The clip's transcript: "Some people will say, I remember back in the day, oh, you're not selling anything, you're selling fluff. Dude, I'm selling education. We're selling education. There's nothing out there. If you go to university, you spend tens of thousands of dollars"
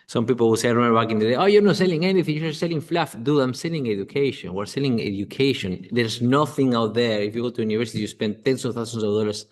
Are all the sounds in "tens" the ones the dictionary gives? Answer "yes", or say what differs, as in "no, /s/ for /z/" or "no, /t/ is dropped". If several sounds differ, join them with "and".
no, /s/ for /z/